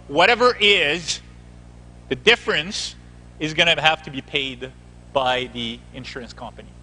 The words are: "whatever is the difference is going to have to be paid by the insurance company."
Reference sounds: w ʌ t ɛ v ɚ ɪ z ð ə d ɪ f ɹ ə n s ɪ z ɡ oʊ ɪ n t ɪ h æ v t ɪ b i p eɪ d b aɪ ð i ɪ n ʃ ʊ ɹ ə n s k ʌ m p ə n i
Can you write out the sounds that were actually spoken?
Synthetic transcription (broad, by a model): w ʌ t ɛ v ɚ ɪ z ð ə d ɪ f ɹ ə n s ɪ z ɡ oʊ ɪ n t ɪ h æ f t ɪ b i p eɪ d b aɪ ð i ɪ n ʃ ʊ ɹ ə n s k ʌ m p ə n i